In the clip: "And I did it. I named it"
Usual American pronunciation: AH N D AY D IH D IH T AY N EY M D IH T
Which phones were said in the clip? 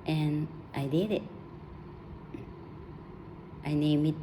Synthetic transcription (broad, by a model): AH N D AY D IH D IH T AY N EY M IH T